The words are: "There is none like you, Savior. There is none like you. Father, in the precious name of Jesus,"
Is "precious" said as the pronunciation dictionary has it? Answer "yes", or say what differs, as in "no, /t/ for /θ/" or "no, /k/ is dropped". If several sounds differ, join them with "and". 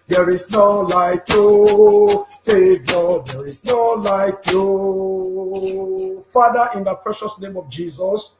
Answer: yes